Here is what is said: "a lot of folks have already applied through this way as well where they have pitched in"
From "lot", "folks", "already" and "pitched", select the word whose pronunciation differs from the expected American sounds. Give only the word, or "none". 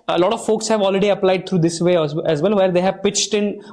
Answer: none